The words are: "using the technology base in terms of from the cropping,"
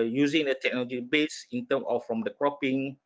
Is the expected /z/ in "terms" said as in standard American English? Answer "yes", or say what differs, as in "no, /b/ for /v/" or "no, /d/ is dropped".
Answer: no, /z/ is dropped